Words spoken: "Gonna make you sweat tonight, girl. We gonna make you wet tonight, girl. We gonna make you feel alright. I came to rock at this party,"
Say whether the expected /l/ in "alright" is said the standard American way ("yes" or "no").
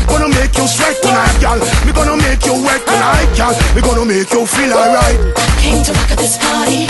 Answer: no